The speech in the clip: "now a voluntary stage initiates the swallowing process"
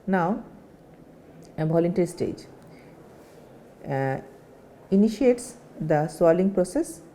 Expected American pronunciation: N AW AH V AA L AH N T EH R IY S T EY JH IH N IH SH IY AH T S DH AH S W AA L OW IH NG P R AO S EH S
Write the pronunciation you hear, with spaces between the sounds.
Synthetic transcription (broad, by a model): N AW AH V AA L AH N T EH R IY S T EY JH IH N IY SH IY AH T S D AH S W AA L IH NG P R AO S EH S